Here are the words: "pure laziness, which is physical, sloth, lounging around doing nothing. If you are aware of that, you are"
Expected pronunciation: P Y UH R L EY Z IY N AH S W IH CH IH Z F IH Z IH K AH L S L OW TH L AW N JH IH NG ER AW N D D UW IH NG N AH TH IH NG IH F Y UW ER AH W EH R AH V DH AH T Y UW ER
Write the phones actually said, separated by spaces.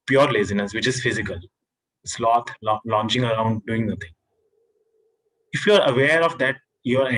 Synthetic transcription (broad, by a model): P Y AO R L EY Z IY N AH S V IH CH IH Z F IH Z IH K AH L S L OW T L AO N CH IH NG ER AW N D D UW IH NG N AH T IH NG IH F Y UW ER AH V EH R AH V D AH T Y UW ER